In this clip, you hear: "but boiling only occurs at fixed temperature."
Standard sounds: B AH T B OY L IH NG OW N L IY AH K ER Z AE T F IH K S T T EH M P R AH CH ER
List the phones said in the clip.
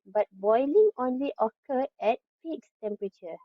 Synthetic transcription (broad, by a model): B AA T B OY L IH NG OW N L IY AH K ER EH T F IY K S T T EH M P R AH CH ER